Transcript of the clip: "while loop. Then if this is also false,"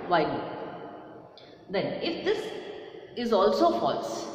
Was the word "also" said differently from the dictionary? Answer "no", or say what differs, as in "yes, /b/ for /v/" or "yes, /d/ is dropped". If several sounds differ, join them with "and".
no